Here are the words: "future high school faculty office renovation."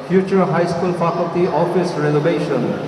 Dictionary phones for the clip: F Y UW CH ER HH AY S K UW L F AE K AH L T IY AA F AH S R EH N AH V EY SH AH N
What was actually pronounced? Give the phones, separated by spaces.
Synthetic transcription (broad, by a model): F Y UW CH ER HH AY S K UW L P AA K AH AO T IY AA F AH S R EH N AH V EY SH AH N